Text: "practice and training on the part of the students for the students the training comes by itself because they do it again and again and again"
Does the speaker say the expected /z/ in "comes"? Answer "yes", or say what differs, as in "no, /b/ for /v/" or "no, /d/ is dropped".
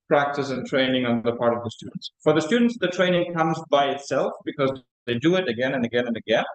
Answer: yes